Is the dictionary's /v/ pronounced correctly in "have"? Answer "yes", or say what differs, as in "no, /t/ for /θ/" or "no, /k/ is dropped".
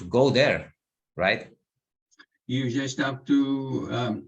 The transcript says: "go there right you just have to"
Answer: no, /p/ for /v/